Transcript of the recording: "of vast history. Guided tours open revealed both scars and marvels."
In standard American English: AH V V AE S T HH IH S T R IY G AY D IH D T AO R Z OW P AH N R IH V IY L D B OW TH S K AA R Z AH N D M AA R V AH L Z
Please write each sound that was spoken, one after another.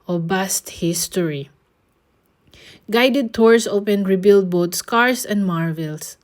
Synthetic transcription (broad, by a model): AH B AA S T HH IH S T R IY G AY D IH D T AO R S OW P AH N R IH B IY L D B OW T S K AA R S AH N D M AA R V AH L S